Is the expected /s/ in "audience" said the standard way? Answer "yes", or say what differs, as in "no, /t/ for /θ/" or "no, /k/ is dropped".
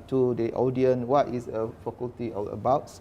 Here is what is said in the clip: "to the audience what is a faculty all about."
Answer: no, /s/ is dropped